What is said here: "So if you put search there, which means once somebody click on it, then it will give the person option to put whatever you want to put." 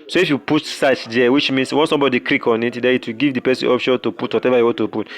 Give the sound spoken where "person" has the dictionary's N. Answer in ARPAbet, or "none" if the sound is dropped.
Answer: none